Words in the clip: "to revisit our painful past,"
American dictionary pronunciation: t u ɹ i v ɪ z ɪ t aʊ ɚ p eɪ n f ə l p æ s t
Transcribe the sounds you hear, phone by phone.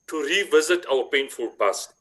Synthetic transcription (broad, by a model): t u ɹ i v ɪ z ɪ t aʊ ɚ p eɪ n f ə l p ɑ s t